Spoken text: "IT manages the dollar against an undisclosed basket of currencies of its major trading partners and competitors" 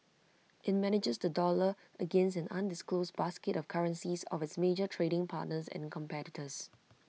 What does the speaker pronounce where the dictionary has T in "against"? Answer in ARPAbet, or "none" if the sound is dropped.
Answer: none